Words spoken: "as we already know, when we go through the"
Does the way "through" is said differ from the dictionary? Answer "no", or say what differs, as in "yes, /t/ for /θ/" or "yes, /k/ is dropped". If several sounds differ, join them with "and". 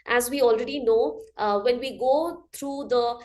yes, /t/ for /θ/